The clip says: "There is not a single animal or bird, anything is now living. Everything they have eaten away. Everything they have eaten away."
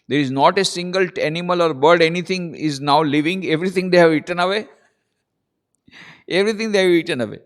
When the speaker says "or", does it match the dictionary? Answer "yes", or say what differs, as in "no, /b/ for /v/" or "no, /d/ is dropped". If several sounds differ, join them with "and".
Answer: yes